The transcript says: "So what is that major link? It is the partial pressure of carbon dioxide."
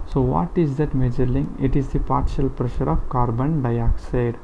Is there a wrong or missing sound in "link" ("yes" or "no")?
yes